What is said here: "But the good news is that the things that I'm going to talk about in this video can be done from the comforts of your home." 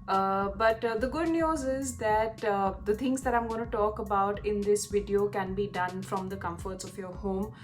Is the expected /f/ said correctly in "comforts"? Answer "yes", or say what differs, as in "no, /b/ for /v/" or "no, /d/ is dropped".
yes